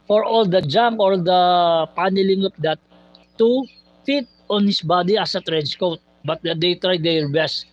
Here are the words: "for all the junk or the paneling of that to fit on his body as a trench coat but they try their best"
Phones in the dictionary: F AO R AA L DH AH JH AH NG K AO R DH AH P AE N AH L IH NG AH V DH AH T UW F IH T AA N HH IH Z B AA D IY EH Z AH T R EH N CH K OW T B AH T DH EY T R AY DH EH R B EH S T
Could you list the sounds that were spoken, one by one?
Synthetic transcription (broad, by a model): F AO R AA L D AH JH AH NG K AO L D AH P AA N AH L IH NG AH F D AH T UW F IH T AA N HH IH S B AA D IY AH S AH T R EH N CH K OW T B AH T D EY T R AY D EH R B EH S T